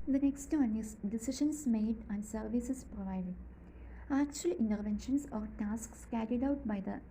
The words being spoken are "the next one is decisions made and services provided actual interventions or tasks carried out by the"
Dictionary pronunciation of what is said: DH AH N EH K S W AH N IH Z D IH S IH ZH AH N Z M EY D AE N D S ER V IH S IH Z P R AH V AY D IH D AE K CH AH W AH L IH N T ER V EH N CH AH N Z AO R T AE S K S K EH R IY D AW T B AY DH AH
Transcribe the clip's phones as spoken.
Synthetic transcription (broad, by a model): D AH N EH K S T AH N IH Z D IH S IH SH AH N S M EY D AE N D S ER V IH S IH S P R AH V AY D IH D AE K CH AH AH L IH N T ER V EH N SH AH N S AO R T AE S K S K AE R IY D AW T B AY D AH